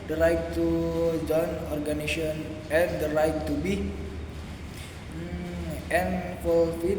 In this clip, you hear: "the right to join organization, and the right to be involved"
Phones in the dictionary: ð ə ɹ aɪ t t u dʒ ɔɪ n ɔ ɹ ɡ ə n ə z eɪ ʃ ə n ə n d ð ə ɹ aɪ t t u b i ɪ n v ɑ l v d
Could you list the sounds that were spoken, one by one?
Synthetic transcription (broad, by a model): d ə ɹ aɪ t t u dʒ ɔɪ n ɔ ɹ ɡ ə n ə s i ə n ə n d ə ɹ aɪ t t u b i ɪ n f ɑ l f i